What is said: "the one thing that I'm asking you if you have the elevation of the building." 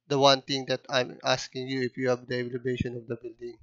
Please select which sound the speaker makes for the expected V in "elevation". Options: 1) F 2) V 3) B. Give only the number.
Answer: 3